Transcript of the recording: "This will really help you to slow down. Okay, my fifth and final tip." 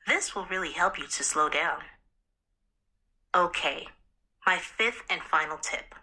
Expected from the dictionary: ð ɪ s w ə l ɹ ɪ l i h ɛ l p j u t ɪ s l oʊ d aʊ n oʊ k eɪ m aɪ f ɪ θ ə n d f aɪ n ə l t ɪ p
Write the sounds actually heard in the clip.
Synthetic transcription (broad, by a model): ð ɪ s w ə l ɹ ɪ l i h ɛ l p j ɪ t ɪ s l oʊ d aʊ n oʊ k eɪ m aɪ f ɪ θ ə n f aɪ n l t ɪ p